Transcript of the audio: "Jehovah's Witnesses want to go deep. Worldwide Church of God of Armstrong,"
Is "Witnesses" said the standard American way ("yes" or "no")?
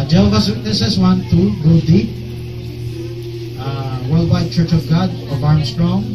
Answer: no